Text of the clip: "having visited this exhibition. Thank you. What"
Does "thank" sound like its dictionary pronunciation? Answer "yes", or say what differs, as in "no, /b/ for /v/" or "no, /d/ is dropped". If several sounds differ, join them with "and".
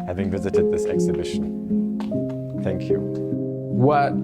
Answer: yes